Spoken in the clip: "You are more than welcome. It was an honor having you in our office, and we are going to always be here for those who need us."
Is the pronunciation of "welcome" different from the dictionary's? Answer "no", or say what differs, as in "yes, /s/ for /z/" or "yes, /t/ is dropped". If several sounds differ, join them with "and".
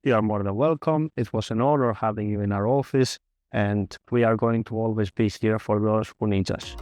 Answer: no